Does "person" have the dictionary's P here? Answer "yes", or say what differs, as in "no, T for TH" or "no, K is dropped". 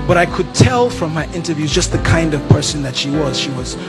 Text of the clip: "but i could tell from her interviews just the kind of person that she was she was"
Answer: yes